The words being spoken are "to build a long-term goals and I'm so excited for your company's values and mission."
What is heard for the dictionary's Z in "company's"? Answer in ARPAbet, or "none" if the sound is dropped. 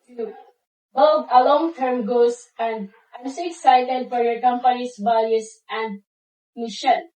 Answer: S